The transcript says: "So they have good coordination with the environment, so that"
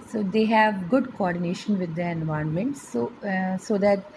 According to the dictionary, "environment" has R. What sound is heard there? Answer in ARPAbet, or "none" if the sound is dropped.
none